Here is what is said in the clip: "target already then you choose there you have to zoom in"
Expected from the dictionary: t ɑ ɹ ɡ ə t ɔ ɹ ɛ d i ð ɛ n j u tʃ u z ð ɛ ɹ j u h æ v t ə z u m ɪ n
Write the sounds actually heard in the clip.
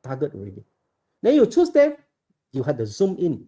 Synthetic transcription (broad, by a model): t ɑ ɡ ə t ɔ ɹ ɛ d i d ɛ n j u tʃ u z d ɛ j u h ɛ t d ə z u m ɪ n